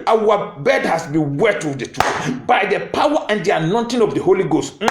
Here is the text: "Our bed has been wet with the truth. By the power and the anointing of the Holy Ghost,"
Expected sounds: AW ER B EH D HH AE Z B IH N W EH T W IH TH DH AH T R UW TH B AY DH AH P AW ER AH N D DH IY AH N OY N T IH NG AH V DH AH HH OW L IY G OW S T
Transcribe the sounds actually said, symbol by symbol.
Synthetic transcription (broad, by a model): AW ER B EH D HH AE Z B IH N W EH T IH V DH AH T UW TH B AY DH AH P AW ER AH N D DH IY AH N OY N T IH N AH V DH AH HH OW L IY G OW S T